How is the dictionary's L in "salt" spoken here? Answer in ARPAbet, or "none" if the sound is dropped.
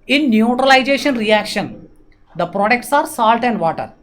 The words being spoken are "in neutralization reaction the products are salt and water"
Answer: L